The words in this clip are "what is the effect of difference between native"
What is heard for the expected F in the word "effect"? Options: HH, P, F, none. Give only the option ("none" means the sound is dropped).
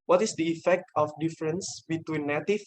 F